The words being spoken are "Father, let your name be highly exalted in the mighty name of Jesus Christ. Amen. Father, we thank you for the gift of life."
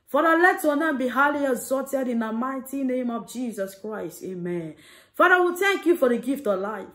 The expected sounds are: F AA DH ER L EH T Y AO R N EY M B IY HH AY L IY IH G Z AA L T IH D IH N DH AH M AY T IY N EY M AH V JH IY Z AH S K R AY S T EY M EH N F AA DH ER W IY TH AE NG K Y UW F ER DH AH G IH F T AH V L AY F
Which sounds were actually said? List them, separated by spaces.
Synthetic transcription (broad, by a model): F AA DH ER L EH T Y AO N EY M B IY HH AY L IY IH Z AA T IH D IH N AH M AY T IY N EY M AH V JH IY Z AH S K R AY S T EY M EH N F AA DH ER W IY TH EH NG K Y UW F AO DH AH G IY F T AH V L AY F